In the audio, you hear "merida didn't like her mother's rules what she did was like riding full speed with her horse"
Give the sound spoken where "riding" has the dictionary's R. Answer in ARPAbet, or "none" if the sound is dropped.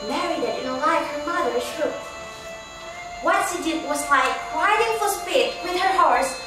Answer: W